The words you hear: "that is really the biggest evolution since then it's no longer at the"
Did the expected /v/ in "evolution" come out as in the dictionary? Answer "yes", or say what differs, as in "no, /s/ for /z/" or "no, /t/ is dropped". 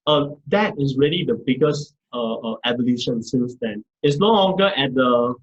no, /b/ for /v/